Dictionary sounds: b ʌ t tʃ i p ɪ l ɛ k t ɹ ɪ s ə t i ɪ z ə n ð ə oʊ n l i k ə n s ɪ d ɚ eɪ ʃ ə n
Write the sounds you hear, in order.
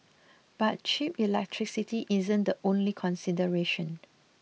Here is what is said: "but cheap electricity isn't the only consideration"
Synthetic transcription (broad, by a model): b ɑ t tʃ i p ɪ l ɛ k t ɹ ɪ s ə t i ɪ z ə n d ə oʊ n l i k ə n s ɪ d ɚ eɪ ʃ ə n